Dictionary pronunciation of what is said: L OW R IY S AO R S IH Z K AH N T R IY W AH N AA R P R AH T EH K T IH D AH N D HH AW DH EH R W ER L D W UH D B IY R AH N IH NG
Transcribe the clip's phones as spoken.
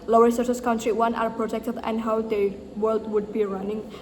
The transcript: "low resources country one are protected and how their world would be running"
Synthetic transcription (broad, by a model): L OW R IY S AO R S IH S K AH N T R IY W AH N AA R P R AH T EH K T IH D AH N D HH AW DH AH W ER L D W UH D B IY R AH N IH NG